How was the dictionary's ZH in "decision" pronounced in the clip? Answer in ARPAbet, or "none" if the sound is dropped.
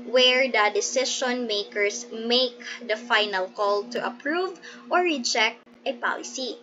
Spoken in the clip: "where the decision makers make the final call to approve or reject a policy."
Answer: SH